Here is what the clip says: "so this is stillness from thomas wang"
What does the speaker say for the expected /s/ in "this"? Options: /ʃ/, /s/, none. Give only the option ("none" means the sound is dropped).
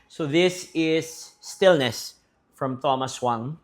/s/